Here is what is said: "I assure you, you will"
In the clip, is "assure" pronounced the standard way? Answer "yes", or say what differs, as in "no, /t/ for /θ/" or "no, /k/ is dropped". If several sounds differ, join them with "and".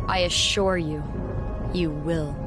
yes